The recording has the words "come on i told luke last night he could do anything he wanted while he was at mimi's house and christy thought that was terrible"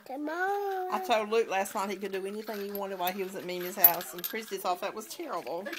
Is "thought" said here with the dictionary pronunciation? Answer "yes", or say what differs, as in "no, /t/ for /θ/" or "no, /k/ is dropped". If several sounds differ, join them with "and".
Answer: no, /s/ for /θ/